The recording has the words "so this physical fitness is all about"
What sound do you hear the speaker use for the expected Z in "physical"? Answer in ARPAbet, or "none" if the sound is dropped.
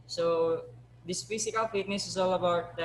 S